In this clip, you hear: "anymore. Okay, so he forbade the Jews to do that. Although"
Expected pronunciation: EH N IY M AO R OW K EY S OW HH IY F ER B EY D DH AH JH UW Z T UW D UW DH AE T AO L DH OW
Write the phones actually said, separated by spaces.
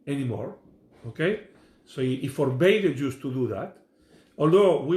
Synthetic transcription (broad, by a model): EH N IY M AO R OW K EY S OW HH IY F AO B EY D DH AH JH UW S T UW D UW DH AE T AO L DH OW